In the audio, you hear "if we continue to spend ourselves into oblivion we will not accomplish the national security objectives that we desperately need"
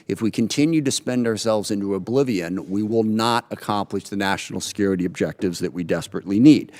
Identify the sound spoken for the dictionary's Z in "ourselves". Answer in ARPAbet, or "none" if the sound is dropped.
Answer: Z